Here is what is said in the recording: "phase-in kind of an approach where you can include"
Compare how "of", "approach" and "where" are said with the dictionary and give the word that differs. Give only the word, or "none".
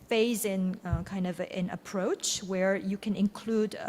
none